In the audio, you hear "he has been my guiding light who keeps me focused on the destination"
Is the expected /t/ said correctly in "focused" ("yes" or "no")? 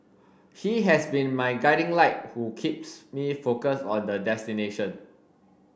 no